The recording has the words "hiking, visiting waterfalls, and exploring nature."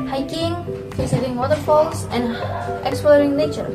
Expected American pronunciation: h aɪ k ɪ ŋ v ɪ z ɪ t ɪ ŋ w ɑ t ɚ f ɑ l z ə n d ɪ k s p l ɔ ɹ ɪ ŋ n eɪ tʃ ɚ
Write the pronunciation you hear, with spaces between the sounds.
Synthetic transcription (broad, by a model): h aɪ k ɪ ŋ f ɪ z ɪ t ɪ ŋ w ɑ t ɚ f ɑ l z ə n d ɪ k s p l ɔ ɹ ɪ ŋ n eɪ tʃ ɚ